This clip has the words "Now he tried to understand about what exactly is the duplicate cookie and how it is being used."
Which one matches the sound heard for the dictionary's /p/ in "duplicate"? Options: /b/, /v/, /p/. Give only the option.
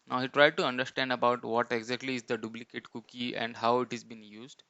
/b/